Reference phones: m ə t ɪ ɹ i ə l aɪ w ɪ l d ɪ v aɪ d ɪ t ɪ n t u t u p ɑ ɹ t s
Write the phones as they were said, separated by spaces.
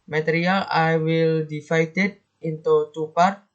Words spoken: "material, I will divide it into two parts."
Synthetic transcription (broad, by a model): m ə t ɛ ɹ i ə l aɪ w ɪ l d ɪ f aɪ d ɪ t ɪ n t u t u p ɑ ɹ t